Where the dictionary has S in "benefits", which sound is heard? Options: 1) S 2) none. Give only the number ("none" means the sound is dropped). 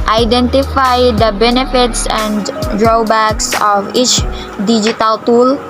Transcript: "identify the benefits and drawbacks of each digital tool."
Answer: 1